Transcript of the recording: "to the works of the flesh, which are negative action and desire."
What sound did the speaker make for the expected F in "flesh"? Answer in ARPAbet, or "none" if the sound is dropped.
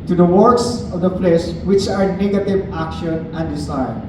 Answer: P